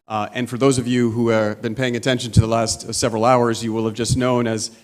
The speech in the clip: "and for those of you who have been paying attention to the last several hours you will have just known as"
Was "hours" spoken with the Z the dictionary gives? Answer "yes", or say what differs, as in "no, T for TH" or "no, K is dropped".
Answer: yes